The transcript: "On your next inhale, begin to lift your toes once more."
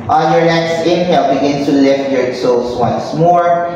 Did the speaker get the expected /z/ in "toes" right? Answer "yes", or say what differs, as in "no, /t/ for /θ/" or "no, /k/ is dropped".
no, /s/ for /z/